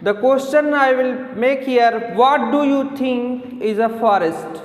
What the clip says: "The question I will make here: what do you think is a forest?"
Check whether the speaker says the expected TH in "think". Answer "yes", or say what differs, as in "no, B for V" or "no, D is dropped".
no, T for TH